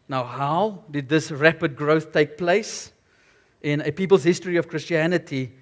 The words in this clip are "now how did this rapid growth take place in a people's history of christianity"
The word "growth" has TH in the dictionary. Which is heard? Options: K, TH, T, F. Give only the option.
TH